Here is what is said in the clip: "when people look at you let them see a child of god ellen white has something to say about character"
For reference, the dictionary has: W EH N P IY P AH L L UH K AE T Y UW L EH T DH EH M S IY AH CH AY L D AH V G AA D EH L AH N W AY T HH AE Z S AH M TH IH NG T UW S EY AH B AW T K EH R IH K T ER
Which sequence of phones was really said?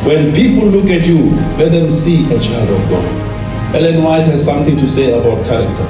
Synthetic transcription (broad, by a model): W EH N P IY P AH L L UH K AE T Y UW L EH T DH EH M S IY AH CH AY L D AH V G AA EH L AH N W AY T HH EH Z S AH M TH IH NG T UW S EY AH B AW T K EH R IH K T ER